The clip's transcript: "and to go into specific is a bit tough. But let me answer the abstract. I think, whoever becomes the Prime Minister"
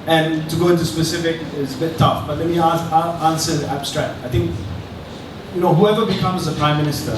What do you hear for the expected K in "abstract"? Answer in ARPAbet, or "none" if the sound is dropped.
K